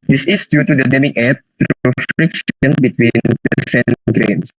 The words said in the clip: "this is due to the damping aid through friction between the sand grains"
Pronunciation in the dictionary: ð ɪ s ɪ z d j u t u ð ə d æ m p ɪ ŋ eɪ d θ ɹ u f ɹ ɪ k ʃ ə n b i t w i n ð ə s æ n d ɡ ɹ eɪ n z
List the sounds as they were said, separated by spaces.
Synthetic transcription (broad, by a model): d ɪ s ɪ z d j u t u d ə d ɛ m ɪ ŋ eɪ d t ɹ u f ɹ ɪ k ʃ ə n b i t w i n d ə s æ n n ɡ ɹ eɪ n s